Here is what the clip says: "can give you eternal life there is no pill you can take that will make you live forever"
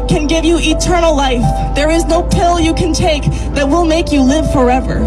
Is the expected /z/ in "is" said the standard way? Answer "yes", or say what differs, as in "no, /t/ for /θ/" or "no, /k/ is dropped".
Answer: yes